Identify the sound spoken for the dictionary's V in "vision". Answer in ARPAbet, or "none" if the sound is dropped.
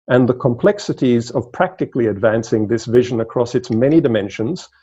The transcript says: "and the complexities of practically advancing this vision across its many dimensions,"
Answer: V